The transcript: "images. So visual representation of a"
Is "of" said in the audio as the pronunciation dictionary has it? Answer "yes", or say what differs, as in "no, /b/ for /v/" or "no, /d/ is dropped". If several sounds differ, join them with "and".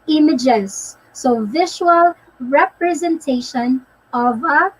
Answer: yes